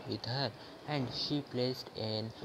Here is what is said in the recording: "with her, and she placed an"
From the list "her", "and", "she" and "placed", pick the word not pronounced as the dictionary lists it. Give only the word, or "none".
none